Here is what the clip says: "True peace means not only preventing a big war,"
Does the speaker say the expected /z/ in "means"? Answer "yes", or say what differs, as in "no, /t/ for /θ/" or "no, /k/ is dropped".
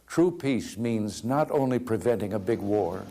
yes